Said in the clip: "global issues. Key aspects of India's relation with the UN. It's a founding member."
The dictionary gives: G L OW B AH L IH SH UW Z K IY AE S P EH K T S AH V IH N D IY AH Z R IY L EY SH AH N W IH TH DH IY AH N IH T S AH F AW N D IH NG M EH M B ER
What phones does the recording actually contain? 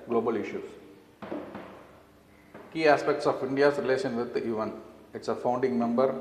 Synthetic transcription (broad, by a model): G L OW B AH L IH SH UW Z K IY AE S P EH K T S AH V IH N D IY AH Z R IY L EY SH AH N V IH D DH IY AH N IH T S AH F AW N D IH NG M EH M B ER